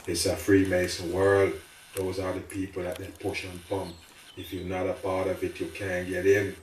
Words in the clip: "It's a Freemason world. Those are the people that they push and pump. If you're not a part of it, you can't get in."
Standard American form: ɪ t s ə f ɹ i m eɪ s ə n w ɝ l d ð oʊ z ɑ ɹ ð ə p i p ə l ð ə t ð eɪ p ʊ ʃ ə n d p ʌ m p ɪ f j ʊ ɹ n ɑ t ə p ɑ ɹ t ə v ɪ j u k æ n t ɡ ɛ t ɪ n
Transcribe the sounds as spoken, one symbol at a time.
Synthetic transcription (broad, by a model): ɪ t s ə f ɹ i m eɪ s ə n w ɝ l d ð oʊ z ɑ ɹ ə p i p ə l ð ə t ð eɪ p ʊ ʃ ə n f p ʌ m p ɪ f j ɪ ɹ n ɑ t ə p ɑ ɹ t ə v ɪ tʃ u k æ n ɡ ɛ t ɪ n